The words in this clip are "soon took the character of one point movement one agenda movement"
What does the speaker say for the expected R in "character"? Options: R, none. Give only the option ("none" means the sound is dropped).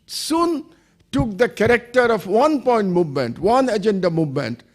R